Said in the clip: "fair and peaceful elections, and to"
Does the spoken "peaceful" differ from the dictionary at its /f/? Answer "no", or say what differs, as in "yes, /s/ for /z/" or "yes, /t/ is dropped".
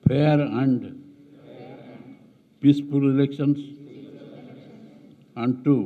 yes, /p/ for /f/